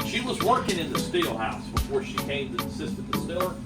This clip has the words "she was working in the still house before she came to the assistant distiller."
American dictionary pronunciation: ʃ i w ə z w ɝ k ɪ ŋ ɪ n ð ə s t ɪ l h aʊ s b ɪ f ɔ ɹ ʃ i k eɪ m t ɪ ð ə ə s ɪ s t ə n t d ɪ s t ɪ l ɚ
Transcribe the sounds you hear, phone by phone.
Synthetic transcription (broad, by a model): ʃ i w ə z w ɝ k ɪ ŋ ɪ n ð ə s t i l h aʊ s b ɪ f ɔ ɹ ʃ i k eɪ m t ɪ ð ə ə s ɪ s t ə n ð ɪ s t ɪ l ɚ